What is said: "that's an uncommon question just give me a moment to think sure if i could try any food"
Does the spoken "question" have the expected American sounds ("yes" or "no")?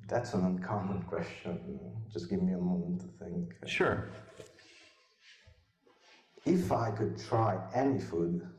yes